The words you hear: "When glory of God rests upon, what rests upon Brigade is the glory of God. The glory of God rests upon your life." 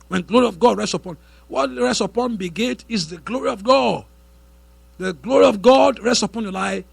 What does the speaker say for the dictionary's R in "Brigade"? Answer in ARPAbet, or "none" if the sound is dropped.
none